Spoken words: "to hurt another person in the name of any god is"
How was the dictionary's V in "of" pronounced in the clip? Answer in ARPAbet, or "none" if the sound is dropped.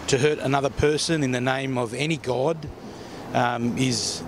V